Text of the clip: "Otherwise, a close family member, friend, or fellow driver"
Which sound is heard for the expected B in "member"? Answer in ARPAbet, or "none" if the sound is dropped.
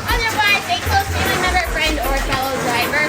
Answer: none